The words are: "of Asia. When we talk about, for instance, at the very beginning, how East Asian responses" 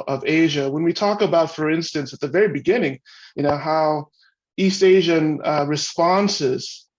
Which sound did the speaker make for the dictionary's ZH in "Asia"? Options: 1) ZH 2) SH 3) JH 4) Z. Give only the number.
1